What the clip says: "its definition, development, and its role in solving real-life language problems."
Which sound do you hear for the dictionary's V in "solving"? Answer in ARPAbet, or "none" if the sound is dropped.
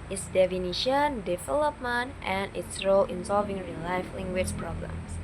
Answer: V